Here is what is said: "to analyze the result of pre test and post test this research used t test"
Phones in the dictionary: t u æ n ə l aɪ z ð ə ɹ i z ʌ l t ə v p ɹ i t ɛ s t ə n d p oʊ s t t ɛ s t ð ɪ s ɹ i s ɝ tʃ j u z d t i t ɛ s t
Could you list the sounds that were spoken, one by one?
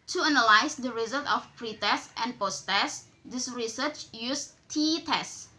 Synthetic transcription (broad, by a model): t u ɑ n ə l aɪ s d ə ɹ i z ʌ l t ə f p ɹ i t ɛ s t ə n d p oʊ s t t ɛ s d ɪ s ɹ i s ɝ tʃ j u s t i t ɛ s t